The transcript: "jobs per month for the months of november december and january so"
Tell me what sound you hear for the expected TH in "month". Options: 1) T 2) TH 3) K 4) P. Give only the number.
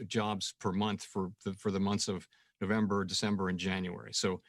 2